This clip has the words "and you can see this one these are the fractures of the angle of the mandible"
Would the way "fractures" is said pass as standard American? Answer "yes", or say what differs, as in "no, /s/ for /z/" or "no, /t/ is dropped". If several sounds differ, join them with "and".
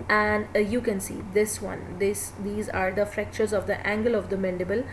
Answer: yes